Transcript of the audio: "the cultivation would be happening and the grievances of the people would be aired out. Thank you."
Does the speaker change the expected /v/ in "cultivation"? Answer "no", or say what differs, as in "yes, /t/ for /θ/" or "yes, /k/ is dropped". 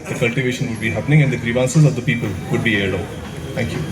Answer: no